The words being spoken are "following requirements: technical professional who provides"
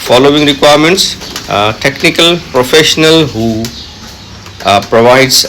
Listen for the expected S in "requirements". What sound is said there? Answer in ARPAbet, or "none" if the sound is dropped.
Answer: S